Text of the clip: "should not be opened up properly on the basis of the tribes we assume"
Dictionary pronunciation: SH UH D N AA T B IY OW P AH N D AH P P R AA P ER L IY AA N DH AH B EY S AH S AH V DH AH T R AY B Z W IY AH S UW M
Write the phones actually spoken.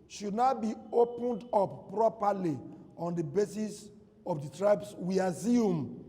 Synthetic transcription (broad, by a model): SH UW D N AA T B IY OW P AH N D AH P P R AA P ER L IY AA N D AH B EY S AH S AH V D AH T R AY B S W IY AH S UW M